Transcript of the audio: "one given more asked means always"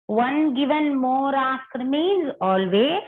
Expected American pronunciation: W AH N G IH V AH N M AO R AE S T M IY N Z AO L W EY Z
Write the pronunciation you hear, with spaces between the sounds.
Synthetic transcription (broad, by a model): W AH N G IH V AH N M AO R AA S T M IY Z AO L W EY